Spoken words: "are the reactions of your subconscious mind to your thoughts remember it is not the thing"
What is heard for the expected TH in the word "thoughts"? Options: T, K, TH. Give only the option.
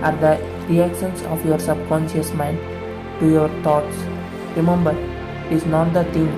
T